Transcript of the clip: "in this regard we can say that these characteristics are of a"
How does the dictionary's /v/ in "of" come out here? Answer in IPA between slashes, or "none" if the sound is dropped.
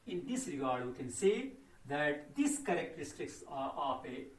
/p/